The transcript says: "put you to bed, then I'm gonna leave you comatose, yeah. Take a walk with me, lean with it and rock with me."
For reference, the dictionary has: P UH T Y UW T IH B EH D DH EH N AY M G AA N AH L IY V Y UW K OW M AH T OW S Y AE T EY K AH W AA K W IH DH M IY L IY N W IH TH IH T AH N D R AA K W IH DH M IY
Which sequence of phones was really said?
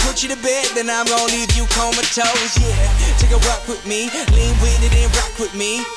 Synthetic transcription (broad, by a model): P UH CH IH T IH B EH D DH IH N AY M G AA AH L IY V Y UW K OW M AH T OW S Y AE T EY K AH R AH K W IH DH M IY L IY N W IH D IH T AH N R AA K W IH DH M IY